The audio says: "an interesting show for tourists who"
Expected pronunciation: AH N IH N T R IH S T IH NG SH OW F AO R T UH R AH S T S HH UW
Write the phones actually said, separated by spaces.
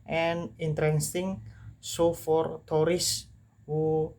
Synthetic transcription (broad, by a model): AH N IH N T R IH S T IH NG S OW F AO R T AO R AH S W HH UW